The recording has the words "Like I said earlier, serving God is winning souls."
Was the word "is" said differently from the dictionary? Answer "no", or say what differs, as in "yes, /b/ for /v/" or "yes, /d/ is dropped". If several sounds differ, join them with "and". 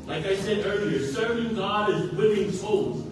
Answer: no